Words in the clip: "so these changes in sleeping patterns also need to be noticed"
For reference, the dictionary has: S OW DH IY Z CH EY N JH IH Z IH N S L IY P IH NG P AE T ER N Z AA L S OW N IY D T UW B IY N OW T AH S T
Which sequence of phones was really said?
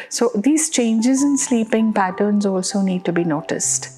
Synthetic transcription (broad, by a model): S OW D IY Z CH EY N JH IH Z IH N S L IY P IH NG P AE T ER N Z AA L S OW N IY D T UW B IY N OW T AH S T